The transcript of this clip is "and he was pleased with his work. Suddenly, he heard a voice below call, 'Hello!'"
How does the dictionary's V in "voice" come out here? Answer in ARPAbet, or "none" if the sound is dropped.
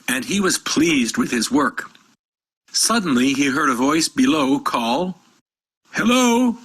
V